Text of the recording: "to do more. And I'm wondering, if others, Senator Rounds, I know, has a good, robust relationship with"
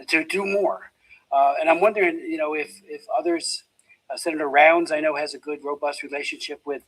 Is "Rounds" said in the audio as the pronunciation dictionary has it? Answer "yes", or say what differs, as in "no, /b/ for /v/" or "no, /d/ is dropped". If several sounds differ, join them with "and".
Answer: yes